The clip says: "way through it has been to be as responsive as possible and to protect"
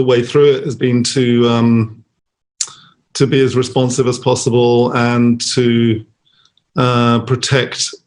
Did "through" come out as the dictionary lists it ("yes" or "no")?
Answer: yes